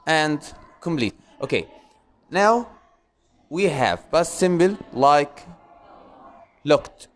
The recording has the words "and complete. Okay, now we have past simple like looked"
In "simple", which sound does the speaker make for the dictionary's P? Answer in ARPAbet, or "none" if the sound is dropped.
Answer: B